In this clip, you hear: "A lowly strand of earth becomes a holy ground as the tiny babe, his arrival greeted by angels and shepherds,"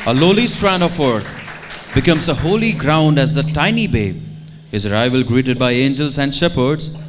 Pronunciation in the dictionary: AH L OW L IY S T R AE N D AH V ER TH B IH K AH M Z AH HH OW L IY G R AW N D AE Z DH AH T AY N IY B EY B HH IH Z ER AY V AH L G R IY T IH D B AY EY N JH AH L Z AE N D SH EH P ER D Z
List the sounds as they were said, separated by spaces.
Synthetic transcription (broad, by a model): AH L OW L IY S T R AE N AH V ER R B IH K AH M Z AH HH OW L IY G R AW N D AE Z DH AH T AY N IY B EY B HH IH Z ER AY V AH L G R IY T IH D B AY EY N JH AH L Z AE N D SH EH P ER D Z